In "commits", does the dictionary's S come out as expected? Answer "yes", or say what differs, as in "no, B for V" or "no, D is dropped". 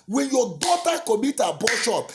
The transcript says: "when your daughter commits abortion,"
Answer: no, S is dropped